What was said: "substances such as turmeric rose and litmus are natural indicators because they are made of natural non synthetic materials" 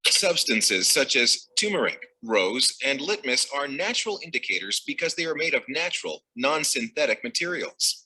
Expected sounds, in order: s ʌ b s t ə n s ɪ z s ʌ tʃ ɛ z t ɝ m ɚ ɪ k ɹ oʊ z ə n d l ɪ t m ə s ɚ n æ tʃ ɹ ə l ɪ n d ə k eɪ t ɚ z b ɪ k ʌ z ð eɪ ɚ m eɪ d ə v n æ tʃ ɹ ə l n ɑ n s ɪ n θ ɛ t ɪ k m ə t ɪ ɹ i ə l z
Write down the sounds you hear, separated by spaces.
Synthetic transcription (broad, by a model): s ʌ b s t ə n s ɪ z s ʌ tʃ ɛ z t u m ɚ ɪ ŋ ɹ oʊ z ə n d l ɪ t m ə s ɚ n æ tʃ ɹ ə l ɪ n d ə k eɪ t ɚ z b ɪ k ʌ z ð eɪ ɚ m eɪ d ə v n æ tʃ ɹ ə l n ɑ n s ɪ n θ ɛ t ɪ k m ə t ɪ ɹ i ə l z